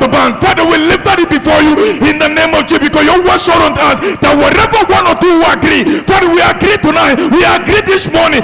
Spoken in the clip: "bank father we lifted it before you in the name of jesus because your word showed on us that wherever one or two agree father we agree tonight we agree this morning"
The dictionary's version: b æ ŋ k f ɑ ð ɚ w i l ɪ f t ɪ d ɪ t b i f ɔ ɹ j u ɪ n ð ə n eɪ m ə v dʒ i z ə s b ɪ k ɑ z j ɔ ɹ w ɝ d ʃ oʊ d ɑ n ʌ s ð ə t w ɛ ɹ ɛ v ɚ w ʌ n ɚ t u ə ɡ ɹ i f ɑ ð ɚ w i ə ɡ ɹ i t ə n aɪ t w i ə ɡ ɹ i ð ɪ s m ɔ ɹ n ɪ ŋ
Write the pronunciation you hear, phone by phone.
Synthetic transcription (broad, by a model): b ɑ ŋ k f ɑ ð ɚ w i l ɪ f t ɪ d ɪ t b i f ɔ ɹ j u ɪ n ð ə n eɪ m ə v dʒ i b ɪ k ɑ s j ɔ w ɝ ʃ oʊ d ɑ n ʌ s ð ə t w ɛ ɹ ɛ v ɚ w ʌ n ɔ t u ə ɡ ɹ i f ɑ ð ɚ w i ə ɡ ɹ i t ə n aɪ t w i ə ɡ ɹ i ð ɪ s m ɔ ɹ n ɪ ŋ